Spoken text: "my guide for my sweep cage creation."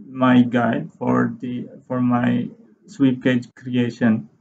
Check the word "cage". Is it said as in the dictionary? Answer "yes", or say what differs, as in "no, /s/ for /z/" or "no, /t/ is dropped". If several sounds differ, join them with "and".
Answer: yes